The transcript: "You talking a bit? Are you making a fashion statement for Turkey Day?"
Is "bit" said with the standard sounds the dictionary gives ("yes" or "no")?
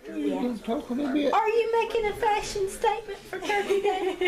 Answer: no